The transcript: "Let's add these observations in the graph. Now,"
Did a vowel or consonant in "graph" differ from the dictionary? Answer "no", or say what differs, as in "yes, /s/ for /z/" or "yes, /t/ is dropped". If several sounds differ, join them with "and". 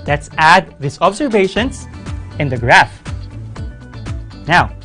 no